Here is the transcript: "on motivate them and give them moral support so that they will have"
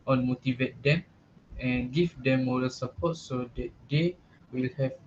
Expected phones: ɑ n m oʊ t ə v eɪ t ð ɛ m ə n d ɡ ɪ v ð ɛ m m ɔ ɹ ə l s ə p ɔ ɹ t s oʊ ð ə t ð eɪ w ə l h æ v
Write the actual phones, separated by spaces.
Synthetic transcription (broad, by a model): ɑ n m oʊ t ə v eɪ t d ɛ m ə n ɡ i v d ɛ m m ɔ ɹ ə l s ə p ɔ t s oʊ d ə t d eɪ w ə l h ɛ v